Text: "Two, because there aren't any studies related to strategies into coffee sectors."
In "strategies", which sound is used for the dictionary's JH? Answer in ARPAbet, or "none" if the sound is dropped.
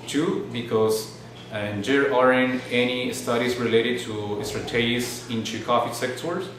none